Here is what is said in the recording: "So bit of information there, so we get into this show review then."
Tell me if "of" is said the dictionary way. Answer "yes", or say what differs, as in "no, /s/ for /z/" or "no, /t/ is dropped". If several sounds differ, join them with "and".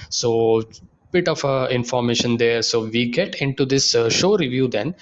no, /f/ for /v/